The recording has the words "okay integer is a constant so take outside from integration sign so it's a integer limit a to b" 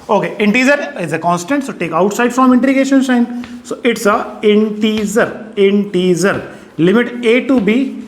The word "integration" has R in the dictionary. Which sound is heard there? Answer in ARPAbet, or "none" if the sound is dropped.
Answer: none